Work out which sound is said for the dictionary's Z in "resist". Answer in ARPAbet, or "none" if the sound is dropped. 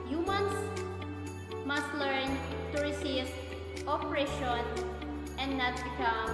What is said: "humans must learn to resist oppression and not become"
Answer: S